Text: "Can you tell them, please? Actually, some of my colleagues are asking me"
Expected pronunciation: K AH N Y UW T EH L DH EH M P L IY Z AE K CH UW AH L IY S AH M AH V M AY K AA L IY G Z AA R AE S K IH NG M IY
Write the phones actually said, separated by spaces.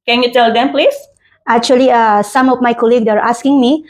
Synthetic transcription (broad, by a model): K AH N Y UW T EH L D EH M P L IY S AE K CH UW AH L IY S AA M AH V M AY K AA L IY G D AA R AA S K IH NG M IY